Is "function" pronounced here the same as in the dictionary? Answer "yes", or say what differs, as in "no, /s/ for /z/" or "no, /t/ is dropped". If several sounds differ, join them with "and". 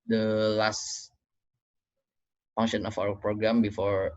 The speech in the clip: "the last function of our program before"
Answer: no, /k/ is dropped